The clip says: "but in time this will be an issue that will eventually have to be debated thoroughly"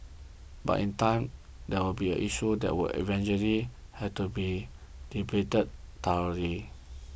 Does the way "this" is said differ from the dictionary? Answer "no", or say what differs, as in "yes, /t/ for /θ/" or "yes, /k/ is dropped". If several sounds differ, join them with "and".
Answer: yes, /s/ is dropped